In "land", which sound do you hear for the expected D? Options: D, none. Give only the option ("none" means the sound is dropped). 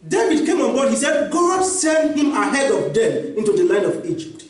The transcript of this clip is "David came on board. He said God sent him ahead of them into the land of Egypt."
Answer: none